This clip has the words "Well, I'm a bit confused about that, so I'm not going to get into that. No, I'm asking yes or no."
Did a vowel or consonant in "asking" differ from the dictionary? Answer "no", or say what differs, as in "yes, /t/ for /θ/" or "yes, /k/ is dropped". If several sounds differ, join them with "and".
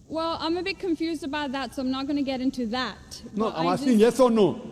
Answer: yes, /k/ is dropped